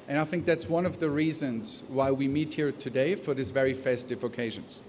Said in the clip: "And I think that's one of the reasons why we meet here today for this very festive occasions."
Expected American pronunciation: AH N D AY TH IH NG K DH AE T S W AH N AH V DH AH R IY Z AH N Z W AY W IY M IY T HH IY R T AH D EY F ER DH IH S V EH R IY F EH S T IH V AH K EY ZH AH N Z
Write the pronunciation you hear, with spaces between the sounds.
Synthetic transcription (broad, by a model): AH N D AY TH IH NG K DH AE T S W AH N AH V DH AH R IY Z AH N Z W AY W IY M IY T HH IY R T AH D EY F ER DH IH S V EH R IY F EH S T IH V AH K EY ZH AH N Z